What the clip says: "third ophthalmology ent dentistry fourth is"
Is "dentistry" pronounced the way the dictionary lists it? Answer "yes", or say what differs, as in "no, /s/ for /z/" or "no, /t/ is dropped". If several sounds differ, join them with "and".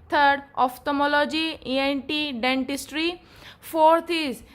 yes